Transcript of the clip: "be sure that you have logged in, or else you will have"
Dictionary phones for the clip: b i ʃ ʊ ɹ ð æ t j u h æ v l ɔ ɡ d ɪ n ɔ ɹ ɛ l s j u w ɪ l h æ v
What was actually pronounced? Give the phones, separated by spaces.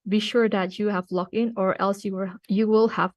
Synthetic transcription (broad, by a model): b i ʃ ʊ ɹ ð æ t j u h æ v l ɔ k ɪ n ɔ ɹ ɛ l s j u w ɪ l h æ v